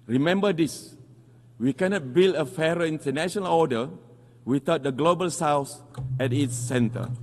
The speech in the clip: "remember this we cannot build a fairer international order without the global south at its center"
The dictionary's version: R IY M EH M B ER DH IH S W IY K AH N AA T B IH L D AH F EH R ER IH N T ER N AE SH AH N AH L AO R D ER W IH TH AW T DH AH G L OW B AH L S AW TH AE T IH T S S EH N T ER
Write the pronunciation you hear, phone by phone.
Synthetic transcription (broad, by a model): R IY M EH M B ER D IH S W IY K AH N AA T B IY L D AH F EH R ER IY N T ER N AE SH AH N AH L AO D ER W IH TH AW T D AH G L OW B AH L S AW S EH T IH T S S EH N T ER